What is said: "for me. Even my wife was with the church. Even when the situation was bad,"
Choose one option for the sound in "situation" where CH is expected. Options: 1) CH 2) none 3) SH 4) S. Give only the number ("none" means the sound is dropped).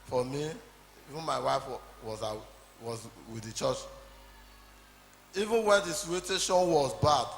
2